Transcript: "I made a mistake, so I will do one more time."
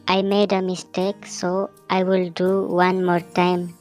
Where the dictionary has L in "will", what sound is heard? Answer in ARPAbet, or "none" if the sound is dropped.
L